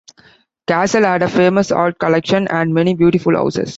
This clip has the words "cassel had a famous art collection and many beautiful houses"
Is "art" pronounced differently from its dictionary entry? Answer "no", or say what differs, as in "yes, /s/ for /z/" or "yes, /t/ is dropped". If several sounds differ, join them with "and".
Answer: yes, /l/ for /ɹ/